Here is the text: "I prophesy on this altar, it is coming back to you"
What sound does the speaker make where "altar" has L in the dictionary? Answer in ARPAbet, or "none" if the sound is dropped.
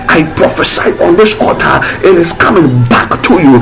none